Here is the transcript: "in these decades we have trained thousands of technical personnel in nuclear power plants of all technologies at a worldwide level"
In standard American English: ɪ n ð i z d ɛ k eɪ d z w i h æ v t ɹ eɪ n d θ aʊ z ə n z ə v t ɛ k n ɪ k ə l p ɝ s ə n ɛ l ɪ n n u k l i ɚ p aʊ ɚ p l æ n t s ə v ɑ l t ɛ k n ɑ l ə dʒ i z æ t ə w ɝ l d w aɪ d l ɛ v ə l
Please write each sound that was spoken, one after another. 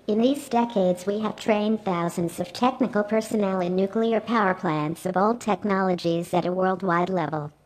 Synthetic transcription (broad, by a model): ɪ n ð i z d ɛ k eɪ d z w i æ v t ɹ eɪ n θ aʊ z ə n z ə v t ɛ k n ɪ k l p ɝ s ə n ɛ l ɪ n n u k l i ɚ p aʊ ɚ p l æ n t s ə v ɑ l t ɛ k n ɑ l ə dʒ i z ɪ t ə w ɝ l d w aɪ d l ɛ v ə l